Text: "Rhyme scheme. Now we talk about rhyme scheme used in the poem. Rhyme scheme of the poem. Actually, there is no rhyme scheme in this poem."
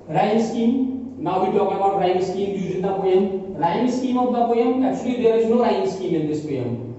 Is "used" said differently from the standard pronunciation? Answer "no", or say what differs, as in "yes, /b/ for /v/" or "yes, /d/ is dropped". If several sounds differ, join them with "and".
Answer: yes, /d/ is dropped